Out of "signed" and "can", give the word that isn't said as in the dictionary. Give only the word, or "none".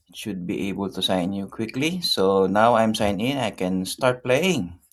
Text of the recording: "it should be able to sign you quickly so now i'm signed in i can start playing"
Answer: signed